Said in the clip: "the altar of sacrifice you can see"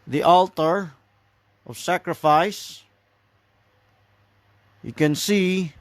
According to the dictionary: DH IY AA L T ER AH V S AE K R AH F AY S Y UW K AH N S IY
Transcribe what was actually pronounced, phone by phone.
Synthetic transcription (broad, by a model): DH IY AA L T ER AH V S AE K R AH F AY S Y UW K AH N S IY